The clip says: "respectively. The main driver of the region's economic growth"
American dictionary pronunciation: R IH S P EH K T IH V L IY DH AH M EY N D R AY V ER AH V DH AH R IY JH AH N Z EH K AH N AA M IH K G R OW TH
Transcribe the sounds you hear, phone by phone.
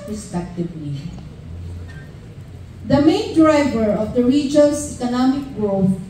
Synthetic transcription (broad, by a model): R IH S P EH K T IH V L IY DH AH M EY N D R AY V ER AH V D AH R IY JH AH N S EH K AH N AA M IH K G R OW